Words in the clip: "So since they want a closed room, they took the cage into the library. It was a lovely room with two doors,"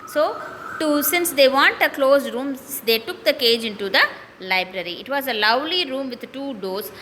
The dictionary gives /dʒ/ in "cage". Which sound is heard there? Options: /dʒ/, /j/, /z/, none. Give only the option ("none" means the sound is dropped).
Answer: /dʒ/